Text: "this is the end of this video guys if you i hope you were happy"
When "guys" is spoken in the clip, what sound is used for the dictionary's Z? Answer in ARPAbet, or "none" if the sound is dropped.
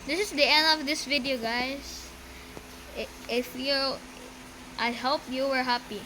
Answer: S